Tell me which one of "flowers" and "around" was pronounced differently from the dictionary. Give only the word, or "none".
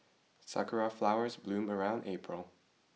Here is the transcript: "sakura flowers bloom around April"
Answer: none